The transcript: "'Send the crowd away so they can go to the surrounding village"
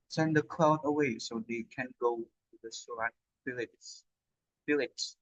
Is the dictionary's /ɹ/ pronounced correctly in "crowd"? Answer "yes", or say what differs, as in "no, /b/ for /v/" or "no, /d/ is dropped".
no, /l/ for /ɹ/